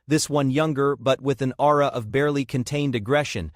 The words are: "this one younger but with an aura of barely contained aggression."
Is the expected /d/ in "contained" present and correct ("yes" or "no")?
yes